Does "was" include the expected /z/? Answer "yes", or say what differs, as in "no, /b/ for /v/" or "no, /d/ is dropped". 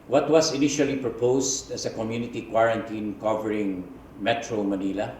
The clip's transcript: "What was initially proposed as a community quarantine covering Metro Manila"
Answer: no, /s/ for /z/